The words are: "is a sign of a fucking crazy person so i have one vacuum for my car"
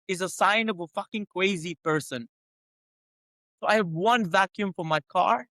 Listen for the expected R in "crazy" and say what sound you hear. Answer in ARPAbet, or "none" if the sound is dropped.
W